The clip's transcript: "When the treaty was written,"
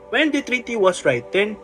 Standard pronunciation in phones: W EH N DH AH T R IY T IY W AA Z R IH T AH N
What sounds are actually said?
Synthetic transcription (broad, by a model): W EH N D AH T R IY T IY W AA S R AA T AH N